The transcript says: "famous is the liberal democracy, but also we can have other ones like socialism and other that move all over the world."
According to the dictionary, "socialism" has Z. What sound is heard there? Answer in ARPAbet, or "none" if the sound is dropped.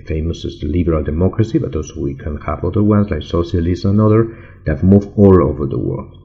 S